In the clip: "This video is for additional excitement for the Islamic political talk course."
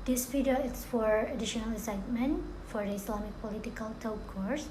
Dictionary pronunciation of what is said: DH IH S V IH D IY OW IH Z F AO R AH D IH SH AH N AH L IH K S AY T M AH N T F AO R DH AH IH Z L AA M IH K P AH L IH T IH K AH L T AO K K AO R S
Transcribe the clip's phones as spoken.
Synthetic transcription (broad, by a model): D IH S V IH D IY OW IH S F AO R AH D IH SH AH N AH L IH S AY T M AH N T F AO R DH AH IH S L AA M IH K P AH L IH T IH K AH L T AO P K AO R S